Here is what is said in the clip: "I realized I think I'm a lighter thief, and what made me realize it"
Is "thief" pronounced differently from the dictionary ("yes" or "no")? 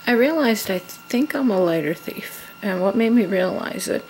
no